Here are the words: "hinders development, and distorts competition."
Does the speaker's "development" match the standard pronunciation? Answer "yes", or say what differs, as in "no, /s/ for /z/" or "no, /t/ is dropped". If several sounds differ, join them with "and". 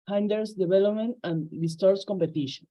no, /b/ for /v/